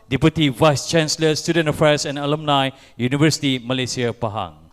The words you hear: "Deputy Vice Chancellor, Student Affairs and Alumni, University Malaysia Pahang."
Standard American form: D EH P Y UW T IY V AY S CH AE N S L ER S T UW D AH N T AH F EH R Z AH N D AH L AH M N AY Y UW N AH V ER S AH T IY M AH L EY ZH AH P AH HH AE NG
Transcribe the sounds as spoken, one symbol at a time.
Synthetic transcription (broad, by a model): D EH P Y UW T IY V AY S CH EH N S L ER S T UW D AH N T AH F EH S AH N AH L AH M N AY Y UW N AH V ER S AH T IY M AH L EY S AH P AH HH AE NG